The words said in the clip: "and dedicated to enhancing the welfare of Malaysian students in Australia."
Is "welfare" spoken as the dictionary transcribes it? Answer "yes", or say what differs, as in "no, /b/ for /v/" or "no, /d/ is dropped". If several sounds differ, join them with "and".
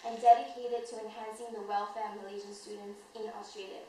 yes